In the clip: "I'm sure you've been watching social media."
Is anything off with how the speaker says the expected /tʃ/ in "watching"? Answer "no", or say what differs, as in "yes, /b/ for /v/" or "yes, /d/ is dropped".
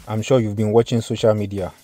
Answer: no